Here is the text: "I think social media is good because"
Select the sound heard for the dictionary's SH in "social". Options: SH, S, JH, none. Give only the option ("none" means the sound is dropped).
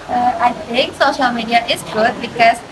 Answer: SH